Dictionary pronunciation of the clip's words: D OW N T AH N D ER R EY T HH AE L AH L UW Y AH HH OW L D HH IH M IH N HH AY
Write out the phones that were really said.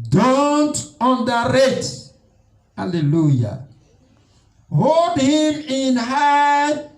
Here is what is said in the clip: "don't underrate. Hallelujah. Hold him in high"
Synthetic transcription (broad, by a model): D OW N T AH N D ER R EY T HH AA L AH L UW Y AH HH OW L D HH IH M IH N HH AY